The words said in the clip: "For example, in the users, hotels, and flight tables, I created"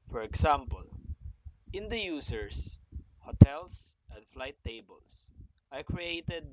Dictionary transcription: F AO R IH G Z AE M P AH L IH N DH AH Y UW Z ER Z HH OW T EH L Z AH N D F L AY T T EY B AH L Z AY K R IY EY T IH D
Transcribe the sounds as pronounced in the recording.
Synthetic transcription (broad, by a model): F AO R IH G S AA M P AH L IH N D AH Y UW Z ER S HH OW T EH L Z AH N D F L AY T T EY B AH L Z AY K R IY EY T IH D